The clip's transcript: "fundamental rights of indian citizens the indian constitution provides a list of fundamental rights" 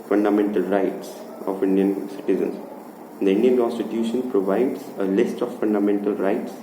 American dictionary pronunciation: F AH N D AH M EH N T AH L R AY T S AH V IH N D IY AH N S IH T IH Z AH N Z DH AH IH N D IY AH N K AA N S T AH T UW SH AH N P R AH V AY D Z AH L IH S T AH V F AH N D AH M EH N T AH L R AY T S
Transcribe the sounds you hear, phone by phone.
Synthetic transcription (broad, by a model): F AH N D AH M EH N T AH L R AY T S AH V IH N D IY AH N S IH T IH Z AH N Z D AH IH N D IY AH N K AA N S T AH T UW SH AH N P R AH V AY D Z AH L IH S T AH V F AH N D AH M EH N T AH L R AY T S